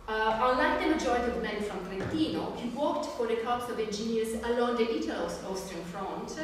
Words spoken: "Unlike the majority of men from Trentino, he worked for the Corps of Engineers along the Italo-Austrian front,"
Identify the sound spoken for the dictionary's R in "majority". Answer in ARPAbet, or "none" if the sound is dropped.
none